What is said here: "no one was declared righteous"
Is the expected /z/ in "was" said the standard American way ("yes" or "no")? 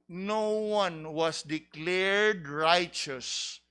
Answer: no